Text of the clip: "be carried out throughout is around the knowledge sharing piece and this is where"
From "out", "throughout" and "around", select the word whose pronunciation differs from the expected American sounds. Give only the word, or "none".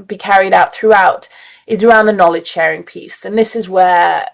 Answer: none